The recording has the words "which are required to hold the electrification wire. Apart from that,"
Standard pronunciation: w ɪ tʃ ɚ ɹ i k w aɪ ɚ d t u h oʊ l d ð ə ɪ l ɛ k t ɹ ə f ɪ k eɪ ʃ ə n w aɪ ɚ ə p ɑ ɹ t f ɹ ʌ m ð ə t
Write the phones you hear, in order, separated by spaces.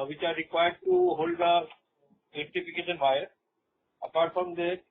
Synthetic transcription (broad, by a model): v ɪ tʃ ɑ ɹ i k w aɪ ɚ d t u h oʊ l d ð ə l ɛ t ə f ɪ k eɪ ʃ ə n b aɪ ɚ ə p ɑ ɹ t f ɹ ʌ m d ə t